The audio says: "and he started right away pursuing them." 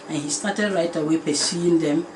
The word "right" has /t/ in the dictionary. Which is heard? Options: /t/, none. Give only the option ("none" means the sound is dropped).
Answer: /t/